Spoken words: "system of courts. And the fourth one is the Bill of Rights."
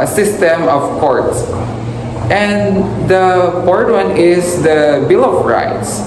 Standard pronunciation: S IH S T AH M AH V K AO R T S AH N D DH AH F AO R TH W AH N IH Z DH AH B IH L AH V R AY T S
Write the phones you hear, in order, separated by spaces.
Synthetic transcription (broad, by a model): S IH S T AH M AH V K AO R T S AH N D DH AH P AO R T W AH N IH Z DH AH B IH L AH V R AY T S